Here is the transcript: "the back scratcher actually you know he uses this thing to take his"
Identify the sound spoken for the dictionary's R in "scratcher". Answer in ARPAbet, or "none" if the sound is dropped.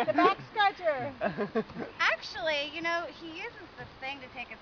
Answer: none